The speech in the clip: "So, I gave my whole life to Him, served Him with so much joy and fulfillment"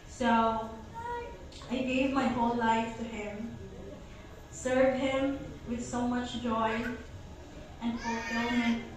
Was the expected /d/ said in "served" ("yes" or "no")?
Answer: no